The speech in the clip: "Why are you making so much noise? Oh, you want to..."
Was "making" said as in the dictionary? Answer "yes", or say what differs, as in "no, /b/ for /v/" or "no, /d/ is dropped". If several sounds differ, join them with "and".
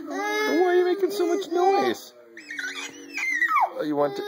yes